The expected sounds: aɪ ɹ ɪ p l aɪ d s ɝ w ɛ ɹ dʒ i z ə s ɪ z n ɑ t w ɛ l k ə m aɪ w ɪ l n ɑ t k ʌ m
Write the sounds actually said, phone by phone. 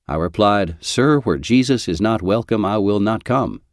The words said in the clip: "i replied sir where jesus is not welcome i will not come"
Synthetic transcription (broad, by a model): aɪ ɹ ɪ p l aɪ d s ɝ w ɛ ɹ dʒ i z ə s ɪ z n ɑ t w ɛ l k ə m aɪ w ɪ l n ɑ t k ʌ m